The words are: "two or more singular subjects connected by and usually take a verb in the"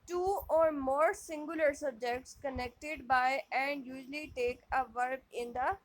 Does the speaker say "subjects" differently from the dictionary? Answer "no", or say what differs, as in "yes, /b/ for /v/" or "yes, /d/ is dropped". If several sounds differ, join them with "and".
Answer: no